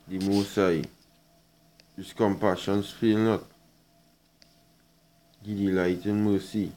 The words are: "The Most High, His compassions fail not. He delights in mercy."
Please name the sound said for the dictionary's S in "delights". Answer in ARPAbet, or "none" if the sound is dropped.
none